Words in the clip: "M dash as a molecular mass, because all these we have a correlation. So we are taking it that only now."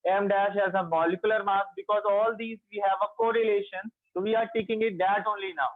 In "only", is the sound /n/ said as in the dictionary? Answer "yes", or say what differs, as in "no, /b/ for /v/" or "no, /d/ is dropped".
yes